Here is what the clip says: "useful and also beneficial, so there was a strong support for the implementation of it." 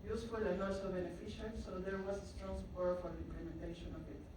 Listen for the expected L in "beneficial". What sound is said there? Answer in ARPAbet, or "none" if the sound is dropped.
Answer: N